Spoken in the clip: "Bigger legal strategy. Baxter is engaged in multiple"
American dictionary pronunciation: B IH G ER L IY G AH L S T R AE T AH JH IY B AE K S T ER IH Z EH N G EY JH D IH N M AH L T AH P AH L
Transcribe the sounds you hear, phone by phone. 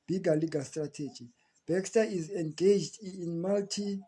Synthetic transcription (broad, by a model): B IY G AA L IY G AH L S T R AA T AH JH IY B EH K S T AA IH Z EH N G EY JH D N M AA L T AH